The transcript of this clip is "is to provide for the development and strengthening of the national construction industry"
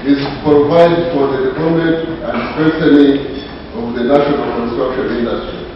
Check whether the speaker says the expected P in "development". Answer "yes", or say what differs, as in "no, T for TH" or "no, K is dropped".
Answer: no, P is dropped